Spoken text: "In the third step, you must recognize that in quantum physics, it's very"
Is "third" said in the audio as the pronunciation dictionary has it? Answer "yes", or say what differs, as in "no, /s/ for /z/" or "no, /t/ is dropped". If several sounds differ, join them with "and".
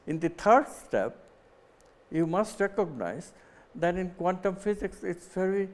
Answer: no, /t/ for /θ/